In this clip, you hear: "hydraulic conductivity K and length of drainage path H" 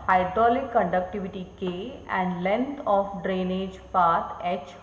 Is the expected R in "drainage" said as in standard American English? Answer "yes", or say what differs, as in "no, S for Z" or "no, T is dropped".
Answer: yes